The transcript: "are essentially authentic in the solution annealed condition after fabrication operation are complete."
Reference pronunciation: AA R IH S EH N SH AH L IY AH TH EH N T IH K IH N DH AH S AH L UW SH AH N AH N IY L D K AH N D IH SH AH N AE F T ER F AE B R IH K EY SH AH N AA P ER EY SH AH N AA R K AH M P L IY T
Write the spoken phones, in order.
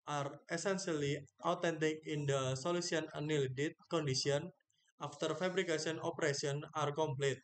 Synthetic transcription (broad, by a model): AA R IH S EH N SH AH L IY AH T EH N T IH K IH N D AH S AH L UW S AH N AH N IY L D K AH N D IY S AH N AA F T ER F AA B R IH K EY S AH N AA P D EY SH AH N AA R K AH M P L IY T